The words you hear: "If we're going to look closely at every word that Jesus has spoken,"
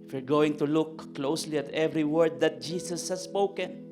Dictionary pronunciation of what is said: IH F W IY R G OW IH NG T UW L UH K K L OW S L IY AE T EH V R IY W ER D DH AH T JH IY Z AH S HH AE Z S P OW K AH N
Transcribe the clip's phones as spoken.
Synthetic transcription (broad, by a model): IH F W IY R G OW IH NG T UW L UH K K L OW S L IY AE T EH V R IY W ER D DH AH T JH IY S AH S HH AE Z S P OW K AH N